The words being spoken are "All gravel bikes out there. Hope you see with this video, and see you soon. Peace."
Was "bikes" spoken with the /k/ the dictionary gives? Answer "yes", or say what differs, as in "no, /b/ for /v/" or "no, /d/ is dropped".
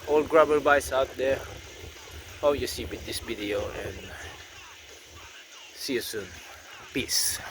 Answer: no, /k/ is dropped